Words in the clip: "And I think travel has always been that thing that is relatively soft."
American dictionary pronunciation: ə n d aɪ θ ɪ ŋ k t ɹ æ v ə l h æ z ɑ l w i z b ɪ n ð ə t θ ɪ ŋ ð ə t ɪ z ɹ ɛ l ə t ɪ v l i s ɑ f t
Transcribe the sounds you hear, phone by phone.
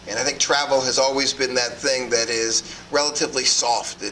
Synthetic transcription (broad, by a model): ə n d aɪ θ ɪ ŋ k t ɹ æ v l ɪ z ɑ l w i z b ɪ n ð ə t θ ɪ ŋ ð ə t ɪ z ɹ ɛ l ə t ɪ v l i s ɑ f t